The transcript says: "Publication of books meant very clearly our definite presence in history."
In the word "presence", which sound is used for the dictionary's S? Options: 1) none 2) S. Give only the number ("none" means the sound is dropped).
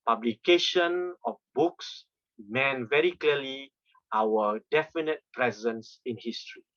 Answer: 2